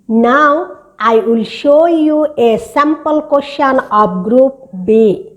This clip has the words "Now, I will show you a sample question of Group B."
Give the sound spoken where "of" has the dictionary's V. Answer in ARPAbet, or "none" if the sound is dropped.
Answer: P